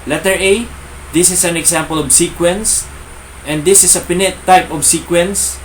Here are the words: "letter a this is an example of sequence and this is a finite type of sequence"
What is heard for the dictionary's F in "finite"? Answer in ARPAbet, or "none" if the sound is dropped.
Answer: P